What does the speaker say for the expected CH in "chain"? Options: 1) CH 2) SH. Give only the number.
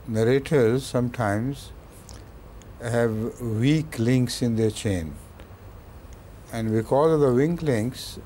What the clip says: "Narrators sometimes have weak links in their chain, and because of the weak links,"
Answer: 1